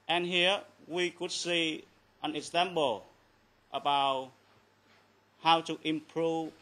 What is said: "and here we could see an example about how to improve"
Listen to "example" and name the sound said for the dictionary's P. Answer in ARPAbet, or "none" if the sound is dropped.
B